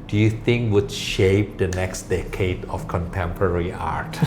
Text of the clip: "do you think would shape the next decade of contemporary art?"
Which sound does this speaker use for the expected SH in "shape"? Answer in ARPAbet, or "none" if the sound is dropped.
SH